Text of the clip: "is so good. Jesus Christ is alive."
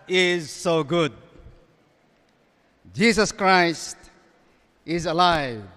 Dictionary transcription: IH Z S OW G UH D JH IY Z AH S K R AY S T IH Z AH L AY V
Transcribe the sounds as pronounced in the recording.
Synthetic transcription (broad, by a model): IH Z S OW G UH D JH IY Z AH S K R AY S T IH Z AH L AY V